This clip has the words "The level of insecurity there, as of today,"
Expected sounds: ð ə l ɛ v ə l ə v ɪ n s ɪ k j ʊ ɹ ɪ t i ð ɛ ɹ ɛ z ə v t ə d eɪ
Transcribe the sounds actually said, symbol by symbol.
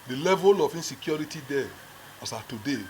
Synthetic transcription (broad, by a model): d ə l ɛ v ə l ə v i n s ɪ k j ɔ ɹ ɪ t i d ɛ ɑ s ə t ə d eɪ